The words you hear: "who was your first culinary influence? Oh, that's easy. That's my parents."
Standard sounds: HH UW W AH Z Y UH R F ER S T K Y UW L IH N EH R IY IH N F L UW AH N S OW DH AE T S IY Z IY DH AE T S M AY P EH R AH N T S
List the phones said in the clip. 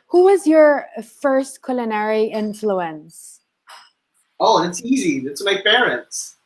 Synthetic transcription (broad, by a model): HH UW W AH Z Y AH R F ER S T K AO L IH N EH R IY IH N F L UW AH N S OW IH T S IY Z IY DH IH T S M AY P EH R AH N T S